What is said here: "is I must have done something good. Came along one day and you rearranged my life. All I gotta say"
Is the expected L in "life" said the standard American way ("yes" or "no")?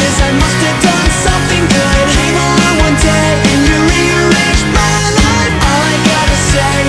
no